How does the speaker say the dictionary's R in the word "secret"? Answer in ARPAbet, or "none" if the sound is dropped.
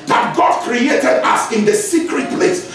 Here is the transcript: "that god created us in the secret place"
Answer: R